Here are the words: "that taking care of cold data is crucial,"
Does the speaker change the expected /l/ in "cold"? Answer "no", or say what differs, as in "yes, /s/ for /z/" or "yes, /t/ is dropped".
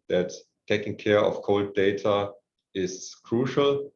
no